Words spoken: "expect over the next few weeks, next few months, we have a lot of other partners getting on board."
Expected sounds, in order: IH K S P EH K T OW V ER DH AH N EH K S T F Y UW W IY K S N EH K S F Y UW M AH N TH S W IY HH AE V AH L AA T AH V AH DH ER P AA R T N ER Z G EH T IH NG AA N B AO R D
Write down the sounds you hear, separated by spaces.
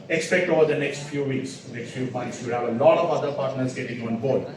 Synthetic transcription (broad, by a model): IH K S P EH K T OW V ER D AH N EH K S T F Y UW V IY K S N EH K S F Y UW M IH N T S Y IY HH AE V AH L AA T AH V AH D ER P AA R T N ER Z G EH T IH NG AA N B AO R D